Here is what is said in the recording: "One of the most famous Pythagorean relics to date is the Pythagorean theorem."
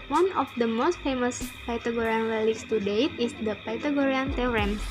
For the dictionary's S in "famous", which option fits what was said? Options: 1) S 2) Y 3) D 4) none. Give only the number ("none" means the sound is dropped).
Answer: 1